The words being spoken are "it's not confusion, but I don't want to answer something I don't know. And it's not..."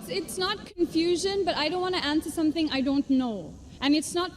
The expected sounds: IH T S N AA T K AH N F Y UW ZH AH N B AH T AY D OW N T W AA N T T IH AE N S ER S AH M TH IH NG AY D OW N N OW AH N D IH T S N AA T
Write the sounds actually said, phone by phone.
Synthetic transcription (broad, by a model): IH T S N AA T K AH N F Y UW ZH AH N B AH T AY D OW N T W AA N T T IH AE N S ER S AH M TH IH NG AY D OW N N OW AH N IH T S N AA T